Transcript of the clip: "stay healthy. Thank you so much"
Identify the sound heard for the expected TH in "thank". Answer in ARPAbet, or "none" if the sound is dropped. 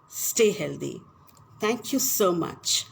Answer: T